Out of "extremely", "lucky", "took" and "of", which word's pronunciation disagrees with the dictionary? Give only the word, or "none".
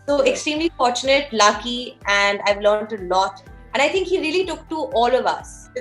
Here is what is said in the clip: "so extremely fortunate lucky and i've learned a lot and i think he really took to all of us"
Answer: none